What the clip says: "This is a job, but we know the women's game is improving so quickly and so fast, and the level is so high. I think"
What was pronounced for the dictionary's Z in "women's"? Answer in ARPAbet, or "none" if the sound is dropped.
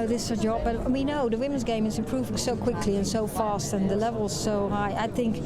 Z